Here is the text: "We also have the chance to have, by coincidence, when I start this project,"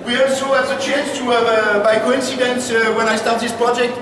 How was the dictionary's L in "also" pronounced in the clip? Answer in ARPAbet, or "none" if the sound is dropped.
none